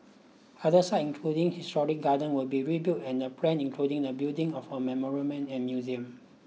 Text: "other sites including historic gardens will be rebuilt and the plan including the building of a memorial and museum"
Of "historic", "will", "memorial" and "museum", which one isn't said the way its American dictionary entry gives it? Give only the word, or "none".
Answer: memorial